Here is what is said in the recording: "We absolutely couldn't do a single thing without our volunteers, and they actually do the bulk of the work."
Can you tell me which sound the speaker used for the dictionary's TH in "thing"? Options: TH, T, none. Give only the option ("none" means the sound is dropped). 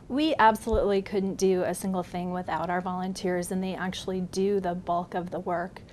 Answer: TH